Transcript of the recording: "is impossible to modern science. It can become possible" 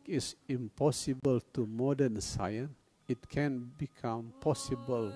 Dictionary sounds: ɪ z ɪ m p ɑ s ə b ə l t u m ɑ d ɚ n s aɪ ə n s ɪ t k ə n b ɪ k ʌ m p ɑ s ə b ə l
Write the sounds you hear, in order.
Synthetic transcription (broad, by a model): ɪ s ɪ m p ɑ s ə b ə l t u m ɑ d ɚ n s aɪ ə n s ɪ t k ə n b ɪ k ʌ m p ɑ s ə b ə l